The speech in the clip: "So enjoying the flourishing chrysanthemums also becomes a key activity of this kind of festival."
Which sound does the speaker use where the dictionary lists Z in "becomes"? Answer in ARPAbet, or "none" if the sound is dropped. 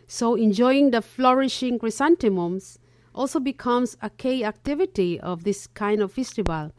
S